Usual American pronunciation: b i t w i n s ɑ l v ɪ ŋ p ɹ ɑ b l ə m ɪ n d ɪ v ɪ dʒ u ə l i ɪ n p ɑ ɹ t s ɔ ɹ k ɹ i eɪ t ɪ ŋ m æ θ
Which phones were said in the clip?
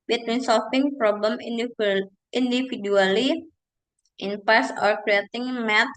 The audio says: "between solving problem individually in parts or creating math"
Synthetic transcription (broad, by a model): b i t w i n s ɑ l f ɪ ŋ p ɹ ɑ b l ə m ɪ n d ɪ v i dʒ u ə l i ɪ n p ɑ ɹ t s ɔ ɹ k ɹ i eɪ t ɪ ŋ m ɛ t